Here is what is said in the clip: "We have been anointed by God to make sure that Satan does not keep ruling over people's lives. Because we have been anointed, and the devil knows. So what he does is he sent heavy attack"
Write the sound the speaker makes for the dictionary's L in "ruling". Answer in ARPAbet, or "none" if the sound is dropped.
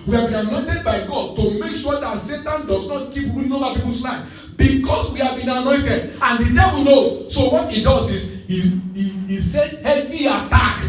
none